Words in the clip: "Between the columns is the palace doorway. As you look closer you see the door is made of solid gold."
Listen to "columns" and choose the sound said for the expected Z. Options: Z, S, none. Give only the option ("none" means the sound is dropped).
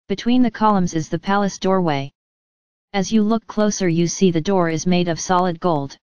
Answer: Z